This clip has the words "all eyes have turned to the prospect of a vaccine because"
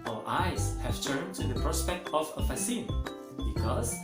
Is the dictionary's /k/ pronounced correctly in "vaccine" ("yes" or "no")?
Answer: no